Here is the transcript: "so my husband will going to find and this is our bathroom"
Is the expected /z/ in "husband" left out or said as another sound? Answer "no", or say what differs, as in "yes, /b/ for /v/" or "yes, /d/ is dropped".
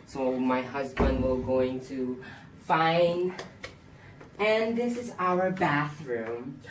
no